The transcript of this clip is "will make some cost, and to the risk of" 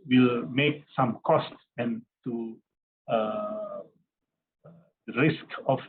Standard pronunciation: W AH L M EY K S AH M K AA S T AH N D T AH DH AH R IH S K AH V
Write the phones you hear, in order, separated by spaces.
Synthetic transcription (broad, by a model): W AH L M EY K S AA M K AA S T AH N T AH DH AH R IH S K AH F